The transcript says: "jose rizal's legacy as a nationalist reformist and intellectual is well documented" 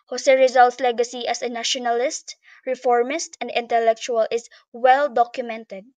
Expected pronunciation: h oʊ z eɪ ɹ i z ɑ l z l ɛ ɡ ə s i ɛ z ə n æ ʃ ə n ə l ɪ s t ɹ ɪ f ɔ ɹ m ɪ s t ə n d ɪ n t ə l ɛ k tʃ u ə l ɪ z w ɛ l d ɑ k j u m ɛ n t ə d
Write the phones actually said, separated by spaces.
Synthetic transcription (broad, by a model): h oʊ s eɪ ɹ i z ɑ l s l ɛ ɡ ə s i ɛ s ə n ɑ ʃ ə n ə l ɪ s t ɹ ɪ f ɔ ɹ m ɪ s t ə n d ɪ n t ə l ɛ k tʃ u ə l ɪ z w ɛ l d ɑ k j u m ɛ n t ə d